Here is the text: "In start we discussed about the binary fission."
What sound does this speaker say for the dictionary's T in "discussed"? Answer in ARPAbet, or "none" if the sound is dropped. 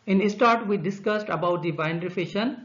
T